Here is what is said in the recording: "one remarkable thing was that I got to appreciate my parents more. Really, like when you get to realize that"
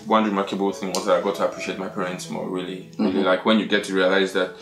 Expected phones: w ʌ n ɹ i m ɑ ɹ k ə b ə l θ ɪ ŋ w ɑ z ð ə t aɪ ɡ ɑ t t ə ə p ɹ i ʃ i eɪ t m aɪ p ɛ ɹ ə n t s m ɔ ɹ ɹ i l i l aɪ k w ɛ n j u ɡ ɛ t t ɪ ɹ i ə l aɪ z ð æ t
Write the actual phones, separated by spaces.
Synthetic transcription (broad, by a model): w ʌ n ɹ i m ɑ ɹ k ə b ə l θ ɪ ŋ w ɑ z ð ə t aɪ ɡ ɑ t t ə ə p ɹ i ʃ i eɪ t m aɪ p ɛ ɹ ə n t s m ɔ ɹ ɹ i l i l aɪ k w ɛ n j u ɡ ɛ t t ɪ ɹ i ə l aɪ z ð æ t